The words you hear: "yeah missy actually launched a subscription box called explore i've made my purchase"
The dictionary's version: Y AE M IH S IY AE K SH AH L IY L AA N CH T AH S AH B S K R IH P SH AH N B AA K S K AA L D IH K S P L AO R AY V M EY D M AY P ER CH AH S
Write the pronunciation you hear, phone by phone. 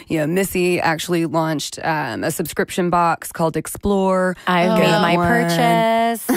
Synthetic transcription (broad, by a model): Y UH M IH S IY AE K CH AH L IY L AA N CH T AH S AH B S K R IH P SH AH N B AA K S K AA L D IH K S P L AO R AY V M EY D M AY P ER CH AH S